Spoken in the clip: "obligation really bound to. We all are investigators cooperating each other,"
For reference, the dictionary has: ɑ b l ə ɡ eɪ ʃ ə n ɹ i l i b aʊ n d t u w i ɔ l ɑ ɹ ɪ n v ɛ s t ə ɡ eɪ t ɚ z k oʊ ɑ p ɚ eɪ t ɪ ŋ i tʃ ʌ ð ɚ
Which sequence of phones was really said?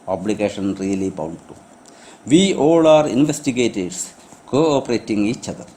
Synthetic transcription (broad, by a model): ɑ b l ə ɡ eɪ ʃ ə n ɹ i l i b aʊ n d t u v i ɔ l ɑ ɹ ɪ n v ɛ s t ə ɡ eɪ t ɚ s k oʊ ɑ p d eɪ t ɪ ŋ i tʃ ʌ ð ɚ